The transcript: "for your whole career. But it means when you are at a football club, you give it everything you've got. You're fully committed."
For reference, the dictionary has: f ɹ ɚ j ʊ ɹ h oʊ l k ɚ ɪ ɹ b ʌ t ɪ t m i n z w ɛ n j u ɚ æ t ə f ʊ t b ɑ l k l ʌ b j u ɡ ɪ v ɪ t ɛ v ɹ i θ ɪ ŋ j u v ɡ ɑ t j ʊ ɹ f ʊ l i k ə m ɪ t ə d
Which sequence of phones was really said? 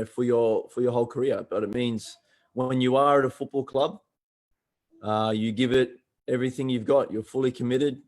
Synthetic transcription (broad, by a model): f ɹ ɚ j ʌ ɹ h oʊ l k ɚ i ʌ b ʌ t ɪ t m i n z w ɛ n j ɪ ɚ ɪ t ə f ʊ t b ɑ l k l ʌ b j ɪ ɡ ɪ v ɪ t ɛ v ɹ i θ ɪ ŋ j u v ɡ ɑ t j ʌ ɹ f ʊ l i k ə m ɪ t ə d